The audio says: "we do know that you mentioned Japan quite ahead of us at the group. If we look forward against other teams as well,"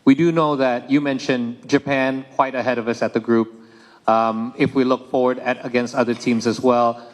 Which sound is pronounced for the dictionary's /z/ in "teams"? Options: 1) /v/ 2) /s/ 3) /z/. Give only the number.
3